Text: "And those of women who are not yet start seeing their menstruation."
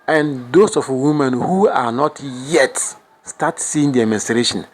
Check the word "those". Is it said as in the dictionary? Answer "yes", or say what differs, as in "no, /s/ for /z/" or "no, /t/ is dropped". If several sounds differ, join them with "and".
no, /s/ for /z/